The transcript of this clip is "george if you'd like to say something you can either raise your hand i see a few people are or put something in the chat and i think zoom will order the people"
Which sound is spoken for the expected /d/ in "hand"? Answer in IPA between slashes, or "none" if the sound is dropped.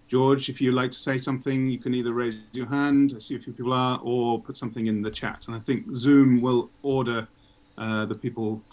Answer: /d/